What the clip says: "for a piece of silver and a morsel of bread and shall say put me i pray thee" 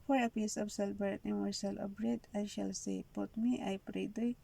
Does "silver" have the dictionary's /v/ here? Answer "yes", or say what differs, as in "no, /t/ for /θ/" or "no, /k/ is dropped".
no, /b/ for /v/